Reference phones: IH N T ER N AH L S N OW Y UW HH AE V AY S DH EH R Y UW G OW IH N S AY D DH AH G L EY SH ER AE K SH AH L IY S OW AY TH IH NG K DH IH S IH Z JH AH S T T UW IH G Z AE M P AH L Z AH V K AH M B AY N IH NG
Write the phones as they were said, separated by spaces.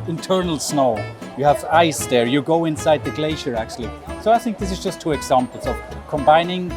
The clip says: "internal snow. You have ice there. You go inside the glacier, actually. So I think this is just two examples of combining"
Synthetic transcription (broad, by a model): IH N T ER N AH L S N OW Y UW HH V AY S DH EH R Y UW G OW IH N S AY D DH AH G L EY SH ER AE K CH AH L IY S OW AY TH IH NG K DH IH S IH Z JH AH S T T UW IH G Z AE M P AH L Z AH V K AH M B AY N IH NG